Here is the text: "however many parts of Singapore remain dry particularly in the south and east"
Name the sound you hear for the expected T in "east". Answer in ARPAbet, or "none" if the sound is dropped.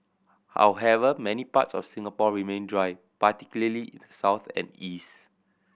T